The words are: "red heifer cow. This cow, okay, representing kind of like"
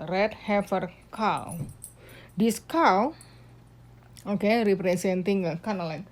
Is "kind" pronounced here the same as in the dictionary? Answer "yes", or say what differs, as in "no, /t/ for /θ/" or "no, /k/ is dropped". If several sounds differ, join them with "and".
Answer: no, /d/ is dropped